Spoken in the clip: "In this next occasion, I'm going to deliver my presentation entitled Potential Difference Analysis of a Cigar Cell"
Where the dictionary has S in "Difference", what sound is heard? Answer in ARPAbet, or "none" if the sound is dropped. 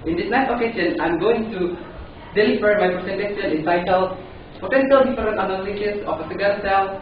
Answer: none